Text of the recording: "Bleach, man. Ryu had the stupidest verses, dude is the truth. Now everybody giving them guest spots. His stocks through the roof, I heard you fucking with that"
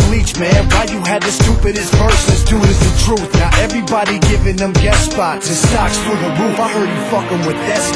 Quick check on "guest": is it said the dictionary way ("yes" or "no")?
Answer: no